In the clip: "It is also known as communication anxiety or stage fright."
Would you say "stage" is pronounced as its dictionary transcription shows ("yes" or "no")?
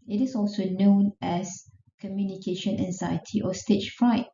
no